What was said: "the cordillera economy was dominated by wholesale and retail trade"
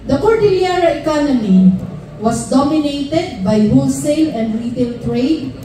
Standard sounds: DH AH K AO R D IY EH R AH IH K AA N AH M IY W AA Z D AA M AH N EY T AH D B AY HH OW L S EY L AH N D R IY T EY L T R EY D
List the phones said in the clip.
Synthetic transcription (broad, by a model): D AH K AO R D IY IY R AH IH K AA N AH M IY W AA S D AA M AH N EY T AH D B AY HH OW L S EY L AH N D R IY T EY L T R EY D